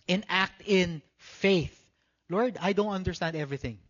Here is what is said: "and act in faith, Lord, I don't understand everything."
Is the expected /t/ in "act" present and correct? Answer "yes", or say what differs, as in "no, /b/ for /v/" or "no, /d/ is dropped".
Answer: yes